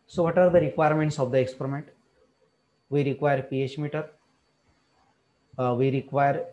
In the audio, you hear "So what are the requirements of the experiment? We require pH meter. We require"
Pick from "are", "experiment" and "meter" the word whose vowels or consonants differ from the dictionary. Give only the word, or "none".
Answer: none